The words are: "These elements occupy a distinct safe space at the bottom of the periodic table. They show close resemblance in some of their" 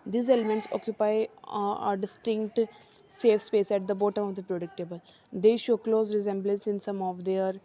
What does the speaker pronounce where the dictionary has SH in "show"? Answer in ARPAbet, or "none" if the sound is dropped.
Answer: SH